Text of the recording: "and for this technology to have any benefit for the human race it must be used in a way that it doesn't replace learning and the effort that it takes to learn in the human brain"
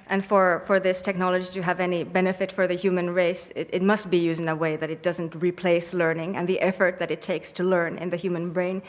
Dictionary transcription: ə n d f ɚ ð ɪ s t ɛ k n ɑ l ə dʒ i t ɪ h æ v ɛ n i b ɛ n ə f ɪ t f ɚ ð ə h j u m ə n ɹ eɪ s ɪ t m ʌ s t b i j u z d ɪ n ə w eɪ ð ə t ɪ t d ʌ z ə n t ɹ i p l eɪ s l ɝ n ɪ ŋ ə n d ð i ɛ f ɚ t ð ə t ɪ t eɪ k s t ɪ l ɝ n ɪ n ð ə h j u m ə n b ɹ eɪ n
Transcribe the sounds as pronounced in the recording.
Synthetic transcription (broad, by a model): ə n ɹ f ɚ ð ɪ s t ɛ k n ɑ l ə dʒ i t ɪ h v ɛ n i b ɛ n ə f ɪ t f ɚ ð ə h j u m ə n ɹ eɪ s ɪ t m ʌ s t b i j u z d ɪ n ə w eɪ ð ə t ɪ t d ʌ z ə n t ɹ i p l eɪ s l ɝ n ɪ ŋ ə n ð i ɛ f ɚ t ð ə t ɪ t eɪ k s t ɪ l ɝ n ɪ n ð ə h j u m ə n b ɹ eɪ n